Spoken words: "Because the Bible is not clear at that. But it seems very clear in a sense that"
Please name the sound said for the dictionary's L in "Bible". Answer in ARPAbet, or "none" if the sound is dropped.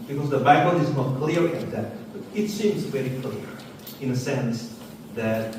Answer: N